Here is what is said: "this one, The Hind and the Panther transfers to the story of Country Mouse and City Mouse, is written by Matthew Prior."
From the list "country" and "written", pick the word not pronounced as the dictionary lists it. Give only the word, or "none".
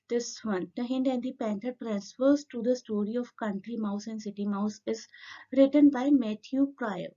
none